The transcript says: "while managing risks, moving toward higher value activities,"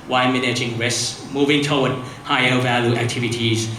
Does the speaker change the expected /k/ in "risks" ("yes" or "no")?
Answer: yes